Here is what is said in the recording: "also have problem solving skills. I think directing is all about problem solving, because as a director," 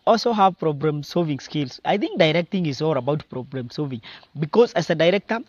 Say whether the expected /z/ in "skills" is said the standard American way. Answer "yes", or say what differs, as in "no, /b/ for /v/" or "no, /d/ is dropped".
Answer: no, /s/ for /z/